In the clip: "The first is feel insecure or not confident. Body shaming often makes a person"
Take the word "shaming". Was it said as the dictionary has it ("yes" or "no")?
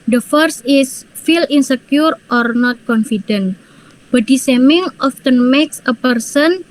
no